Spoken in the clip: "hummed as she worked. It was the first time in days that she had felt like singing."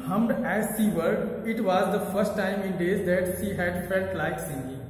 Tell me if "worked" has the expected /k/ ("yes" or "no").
no